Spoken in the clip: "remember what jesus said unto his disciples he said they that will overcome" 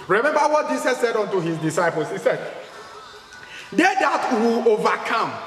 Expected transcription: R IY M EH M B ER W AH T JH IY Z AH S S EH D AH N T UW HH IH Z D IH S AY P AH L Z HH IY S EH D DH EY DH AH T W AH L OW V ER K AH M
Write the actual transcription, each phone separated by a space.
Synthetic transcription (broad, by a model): R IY M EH M B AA W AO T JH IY S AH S S EH D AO N T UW HH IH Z D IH S AY P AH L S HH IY S EH D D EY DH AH T W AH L OW V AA K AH M